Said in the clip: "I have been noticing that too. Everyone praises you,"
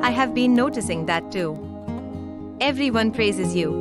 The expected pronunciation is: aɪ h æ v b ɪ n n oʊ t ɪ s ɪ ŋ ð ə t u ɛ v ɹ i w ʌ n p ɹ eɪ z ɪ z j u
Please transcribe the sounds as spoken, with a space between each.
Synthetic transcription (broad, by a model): aɪ h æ v b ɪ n n oʊ t ɪ s ɪ ŋ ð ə t u ɛ v ɹ i w ʌ n p ɹ eɪ z ɪ z j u